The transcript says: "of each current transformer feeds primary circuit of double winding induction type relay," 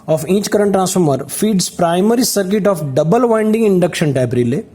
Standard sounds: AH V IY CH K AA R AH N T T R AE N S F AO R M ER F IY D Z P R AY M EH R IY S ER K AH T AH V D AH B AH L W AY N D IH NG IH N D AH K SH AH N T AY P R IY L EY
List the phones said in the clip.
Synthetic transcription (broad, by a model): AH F IY CH K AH R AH N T T R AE N S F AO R M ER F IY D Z P R AY M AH R IY S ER K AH T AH F D AH B AH L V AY N D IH NG IH N D AH K SH AH N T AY B R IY L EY